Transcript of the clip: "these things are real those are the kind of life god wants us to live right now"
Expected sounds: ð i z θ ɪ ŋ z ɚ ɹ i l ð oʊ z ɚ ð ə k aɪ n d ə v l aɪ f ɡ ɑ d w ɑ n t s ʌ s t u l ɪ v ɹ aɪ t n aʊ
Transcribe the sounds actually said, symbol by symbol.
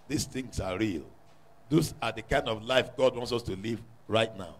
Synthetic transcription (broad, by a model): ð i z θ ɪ ŋ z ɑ ɹ i l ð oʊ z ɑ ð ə k aɪ n d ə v l aɪ f ɡ ɑ d w ɑ n t s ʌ s t u l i v ɹ aɪ t n aʊ